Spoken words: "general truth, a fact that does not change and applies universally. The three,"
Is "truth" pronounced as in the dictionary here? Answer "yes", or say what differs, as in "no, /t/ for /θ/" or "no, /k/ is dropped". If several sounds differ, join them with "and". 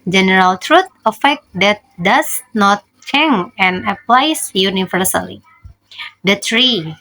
no, /t/ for /θ/